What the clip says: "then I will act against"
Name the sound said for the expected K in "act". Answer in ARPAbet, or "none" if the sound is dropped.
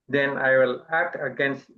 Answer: K